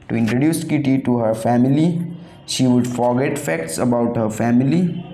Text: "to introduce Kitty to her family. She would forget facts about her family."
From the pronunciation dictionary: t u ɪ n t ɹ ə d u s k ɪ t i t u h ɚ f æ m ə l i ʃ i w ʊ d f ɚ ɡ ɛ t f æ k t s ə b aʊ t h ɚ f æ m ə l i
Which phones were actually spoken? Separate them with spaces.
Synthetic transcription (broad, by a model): t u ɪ n t ɹ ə d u s k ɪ t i t u h ɚ f æ m ə l i ʃ i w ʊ d f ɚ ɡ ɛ t f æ k t s ə b aʊ t h ɚ f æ m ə l i